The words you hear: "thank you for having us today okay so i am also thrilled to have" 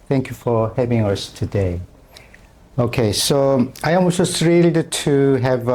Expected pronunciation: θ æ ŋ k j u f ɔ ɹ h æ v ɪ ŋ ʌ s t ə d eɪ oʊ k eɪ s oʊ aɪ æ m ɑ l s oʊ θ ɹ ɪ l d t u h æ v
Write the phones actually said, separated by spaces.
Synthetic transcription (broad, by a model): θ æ ŋ k j u f ɔ ɹ h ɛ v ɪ ŋ ʌ s t ə d eɪ oʊ k eɪ s oʊ aɪ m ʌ s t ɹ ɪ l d t u h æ v